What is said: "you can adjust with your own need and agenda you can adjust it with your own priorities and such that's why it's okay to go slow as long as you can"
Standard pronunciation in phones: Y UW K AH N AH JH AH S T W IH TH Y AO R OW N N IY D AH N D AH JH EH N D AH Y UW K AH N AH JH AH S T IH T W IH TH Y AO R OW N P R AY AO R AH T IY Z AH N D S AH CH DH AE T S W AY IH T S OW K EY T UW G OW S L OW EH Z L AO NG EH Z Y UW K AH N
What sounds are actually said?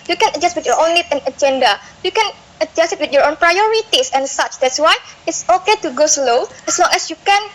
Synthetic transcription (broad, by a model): Y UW K AH N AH JH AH S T W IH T Y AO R OW N L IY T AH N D AH JH EH N D AH Y UW K AH N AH JH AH S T IH T W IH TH Y AO R OW N P R AY AO R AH T IY S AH N S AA CH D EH T S W AY IH T S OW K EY T UW G OW S L OW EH S L AO NG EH S Y UW K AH N